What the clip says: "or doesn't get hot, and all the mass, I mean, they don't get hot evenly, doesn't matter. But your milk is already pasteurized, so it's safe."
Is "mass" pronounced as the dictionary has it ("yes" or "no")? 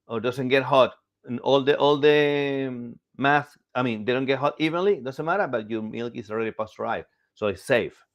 no